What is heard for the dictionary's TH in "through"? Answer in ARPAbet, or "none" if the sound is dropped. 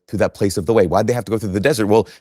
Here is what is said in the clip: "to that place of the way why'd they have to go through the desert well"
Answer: TH